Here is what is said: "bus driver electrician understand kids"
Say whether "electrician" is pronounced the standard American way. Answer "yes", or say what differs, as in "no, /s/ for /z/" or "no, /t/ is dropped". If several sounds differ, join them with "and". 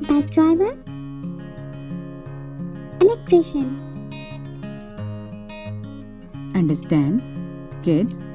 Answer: no, /n/ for /l/